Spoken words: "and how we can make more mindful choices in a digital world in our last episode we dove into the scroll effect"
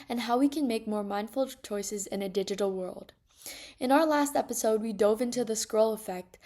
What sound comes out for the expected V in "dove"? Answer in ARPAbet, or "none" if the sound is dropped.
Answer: V